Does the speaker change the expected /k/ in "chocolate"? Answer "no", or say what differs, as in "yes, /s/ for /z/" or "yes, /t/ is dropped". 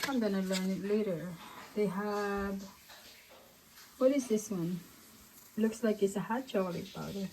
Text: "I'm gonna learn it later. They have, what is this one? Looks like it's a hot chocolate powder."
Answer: yes, /k/ is dropped